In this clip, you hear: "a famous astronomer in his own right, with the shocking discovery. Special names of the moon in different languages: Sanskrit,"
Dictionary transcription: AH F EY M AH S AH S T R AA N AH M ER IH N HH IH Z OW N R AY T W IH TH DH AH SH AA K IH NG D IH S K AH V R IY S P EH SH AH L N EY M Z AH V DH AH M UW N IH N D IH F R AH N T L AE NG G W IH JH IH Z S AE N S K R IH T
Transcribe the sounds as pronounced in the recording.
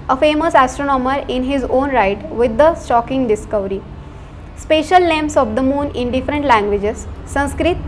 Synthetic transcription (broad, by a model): AH F EY M AH S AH S T R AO N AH M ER IH N HH IH Z OW N R AY T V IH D AH S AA K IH NG D IH S K AH V R IY S P EH SH AH L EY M S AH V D AH M UW N IH N D IH F R AH N T L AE NG G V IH JH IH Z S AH N S K R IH T